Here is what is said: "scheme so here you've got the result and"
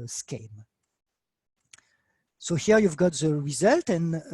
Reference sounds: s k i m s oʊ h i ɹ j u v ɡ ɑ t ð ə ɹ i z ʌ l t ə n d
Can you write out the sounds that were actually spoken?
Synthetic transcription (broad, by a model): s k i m s oʊ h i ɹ j u v ɡ ɑ t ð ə ɹ i z ʌ l t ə n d